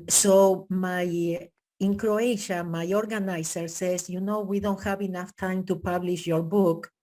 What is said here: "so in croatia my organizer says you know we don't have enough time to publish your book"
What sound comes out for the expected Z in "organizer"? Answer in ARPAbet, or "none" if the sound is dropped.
S